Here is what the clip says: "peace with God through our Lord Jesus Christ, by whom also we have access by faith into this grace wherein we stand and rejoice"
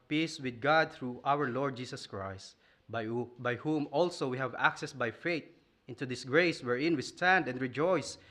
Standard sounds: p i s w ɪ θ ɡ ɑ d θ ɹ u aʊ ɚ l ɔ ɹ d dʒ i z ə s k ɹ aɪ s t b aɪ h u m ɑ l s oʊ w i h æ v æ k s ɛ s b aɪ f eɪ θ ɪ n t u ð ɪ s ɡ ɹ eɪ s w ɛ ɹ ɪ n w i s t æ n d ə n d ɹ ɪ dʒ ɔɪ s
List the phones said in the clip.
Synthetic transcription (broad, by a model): p i s w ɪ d ɡ ɑ d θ ɹ u aʊ ɚ l ɔ ɹ d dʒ i s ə s k ɹ aɪ s t b aɪ h u m ɑ l s oʊ w i h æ v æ k s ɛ s b aɪ f eɪ t ɪ n t u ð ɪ s ɡ ɹ eɪ s w ɛ ɹ ɪ n w i s t æ n d ə n d ɹ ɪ dʒ ɔɪ s